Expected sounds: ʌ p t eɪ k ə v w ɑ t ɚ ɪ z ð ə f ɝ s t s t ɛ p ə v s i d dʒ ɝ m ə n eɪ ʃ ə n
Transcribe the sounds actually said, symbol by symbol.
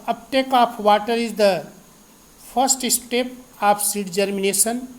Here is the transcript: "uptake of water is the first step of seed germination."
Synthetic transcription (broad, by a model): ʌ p t eɪ k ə p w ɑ t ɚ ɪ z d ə p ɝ s t s t ɛ p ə p s i d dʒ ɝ m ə n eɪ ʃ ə n